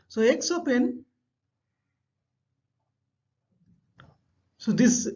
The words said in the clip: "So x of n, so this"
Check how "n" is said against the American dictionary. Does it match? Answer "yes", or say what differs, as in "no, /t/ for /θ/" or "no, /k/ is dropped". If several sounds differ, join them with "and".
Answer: yes